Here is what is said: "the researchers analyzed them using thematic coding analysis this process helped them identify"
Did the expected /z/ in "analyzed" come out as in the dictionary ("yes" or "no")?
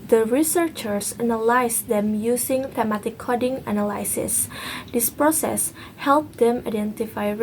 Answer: no